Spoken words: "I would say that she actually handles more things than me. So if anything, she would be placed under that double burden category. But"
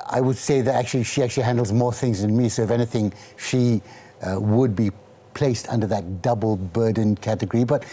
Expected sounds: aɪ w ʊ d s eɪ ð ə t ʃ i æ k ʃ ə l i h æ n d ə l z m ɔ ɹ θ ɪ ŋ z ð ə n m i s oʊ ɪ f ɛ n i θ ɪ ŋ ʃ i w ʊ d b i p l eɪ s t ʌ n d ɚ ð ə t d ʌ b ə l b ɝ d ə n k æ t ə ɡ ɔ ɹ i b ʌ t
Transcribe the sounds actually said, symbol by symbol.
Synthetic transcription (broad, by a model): aɪ w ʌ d s eɪ ð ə t ʃ i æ k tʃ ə l i h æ n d l z m ɔ ɹ θ ɪ ŋ z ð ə n m i s oʊ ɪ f ɛ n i θ ɪ ŋ ʃ i w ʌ d b i p l eɪ s t ʌ n d ɚ ð ə t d ʌ b l b ɝ d n k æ t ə ɡ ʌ ɹ i b ʌ t